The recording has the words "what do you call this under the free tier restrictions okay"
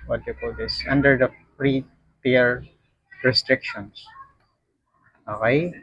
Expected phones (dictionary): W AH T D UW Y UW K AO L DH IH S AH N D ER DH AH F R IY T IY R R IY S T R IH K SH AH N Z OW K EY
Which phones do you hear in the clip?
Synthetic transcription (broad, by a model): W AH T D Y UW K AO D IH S AH N D ER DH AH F R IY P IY R R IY S T R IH K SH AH N S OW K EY